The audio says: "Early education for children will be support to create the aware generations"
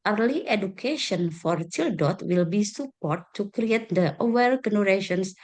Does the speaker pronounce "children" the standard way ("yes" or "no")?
no